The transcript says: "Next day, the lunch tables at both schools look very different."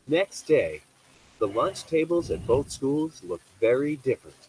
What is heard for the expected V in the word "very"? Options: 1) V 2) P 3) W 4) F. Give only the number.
1